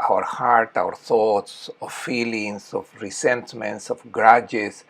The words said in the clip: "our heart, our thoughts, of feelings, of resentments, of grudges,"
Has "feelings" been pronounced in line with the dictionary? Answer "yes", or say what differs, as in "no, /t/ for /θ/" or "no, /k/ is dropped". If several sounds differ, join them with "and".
no, /s/ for /z/